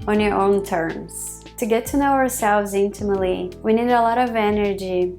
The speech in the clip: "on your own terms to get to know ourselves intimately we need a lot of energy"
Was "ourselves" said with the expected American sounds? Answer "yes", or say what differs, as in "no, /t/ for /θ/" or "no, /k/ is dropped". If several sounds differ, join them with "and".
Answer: yes